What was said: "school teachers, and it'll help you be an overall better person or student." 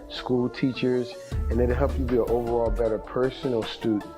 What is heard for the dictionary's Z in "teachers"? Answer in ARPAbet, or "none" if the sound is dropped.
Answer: Z